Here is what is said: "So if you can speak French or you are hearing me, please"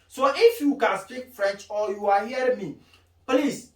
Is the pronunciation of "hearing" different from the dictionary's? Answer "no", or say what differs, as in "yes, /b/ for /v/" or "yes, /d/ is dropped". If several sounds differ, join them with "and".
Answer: yes, /ɹ/ is dropped